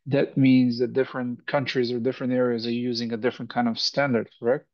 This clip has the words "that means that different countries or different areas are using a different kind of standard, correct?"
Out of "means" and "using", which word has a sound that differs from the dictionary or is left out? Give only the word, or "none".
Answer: none